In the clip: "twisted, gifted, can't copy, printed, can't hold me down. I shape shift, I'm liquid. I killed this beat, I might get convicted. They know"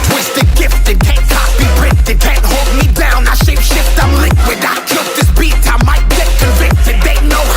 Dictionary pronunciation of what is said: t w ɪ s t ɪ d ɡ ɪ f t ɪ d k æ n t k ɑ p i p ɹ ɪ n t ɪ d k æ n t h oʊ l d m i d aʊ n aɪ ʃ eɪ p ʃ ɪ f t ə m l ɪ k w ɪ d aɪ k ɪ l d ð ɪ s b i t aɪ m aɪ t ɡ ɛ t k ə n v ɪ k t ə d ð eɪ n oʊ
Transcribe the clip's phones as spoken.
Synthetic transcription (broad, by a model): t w ɪ s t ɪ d ɡ ɪ f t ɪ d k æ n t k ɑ b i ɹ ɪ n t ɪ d k æ n t h oʊ l d m i d aʊ n aɪ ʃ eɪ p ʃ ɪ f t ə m l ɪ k w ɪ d aɪ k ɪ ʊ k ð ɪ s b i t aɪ m aɪ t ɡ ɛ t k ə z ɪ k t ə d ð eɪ n oʊ